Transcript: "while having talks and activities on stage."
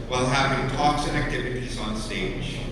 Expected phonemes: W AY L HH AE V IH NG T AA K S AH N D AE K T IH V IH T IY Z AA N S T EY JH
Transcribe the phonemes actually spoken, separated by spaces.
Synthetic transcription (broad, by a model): W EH L HH AE V IH NG T AA K S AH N AE K T IH V IH T IY Z N S T EY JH